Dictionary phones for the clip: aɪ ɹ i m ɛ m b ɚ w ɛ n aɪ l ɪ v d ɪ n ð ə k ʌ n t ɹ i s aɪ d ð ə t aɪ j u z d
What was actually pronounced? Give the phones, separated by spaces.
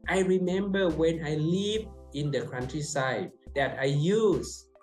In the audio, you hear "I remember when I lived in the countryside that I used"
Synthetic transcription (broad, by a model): aɪ ɹ i m ɛ m b ɚ w ɛ n aɪ l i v ɪ n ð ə k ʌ n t ɹ i s aɪ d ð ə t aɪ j u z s